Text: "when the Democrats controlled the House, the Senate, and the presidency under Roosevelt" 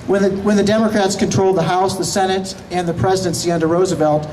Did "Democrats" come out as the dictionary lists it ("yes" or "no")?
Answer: yes